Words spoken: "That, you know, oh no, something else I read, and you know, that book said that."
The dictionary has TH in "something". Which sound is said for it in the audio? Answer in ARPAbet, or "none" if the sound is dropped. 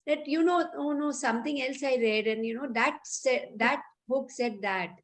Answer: T